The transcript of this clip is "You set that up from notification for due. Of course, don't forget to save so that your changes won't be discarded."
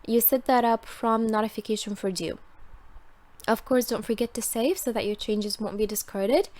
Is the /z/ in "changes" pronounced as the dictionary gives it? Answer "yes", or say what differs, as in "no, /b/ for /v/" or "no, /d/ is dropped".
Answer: yes